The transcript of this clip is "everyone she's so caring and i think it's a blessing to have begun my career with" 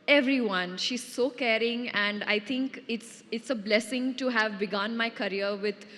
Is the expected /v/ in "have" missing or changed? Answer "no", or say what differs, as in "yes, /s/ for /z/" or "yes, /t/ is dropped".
no